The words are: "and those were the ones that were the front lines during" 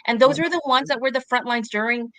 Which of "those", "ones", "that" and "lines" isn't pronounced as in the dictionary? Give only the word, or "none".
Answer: none